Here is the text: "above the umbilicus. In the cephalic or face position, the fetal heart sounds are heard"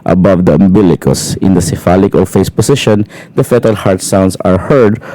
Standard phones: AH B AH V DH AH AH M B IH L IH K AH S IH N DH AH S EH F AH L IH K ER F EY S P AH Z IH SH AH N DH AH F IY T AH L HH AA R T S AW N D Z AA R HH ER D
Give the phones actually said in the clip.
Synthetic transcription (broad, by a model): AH B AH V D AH AH M B IH L IH K AH S IH N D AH S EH F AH L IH K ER F EY S P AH S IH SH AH N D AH F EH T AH L HH AA R T S AW N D S AA R HH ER D